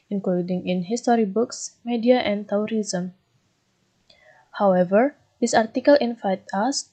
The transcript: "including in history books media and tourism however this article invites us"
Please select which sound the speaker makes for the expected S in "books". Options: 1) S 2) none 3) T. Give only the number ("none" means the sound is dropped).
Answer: 1